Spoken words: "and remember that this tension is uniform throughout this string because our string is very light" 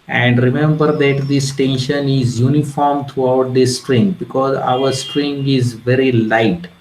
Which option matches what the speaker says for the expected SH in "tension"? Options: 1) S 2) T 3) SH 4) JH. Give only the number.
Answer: 3